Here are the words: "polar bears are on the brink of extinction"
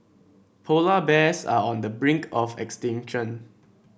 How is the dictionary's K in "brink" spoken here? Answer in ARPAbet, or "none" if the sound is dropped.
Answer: K